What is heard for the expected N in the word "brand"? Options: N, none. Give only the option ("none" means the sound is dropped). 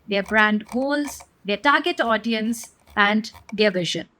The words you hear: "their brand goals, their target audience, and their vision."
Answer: N